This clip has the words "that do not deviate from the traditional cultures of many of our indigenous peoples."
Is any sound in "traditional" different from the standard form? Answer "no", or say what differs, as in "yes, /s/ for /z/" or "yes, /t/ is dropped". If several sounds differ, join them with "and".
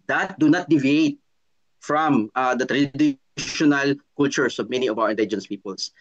no